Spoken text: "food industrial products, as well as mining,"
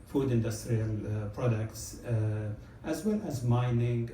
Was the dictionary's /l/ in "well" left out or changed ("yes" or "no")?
no